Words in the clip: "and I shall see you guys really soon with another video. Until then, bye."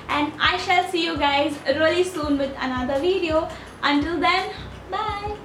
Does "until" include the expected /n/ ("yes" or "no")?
yes